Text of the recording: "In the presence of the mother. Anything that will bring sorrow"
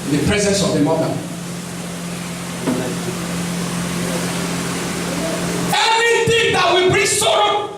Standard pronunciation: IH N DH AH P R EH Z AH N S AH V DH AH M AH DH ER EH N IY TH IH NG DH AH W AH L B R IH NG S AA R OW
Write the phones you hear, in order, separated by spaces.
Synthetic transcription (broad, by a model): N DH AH P R EH Z AH N S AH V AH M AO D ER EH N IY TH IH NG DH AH W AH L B R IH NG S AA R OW